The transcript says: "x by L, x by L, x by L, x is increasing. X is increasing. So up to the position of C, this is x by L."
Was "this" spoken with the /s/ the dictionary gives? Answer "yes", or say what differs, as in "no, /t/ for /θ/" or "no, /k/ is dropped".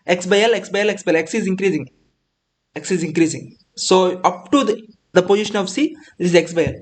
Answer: no, /s/ is dropped